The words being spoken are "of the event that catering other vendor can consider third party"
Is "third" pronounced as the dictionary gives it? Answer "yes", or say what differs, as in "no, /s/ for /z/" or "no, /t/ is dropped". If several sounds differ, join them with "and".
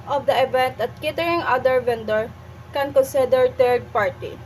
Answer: no, /t/ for /θ/